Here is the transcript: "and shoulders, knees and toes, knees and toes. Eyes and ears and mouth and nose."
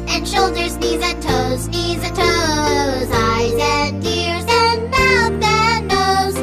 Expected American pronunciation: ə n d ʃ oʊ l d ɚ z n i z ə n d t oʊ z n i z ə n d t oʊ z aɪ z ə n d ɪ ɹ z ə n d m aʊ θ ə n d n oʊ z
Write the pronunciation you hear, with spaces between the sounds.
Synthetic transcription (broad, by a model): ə n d ʃ oʊ l d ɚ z n i z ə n t oʊ z n i z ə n t oʊ z aɪ z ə n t ɪ ɹ z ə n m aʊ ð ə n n oʊ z